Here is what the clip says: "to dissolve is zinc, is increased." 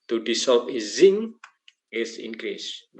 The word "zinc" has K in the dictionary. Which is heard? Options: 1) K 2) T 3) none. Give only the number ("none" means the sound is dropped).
3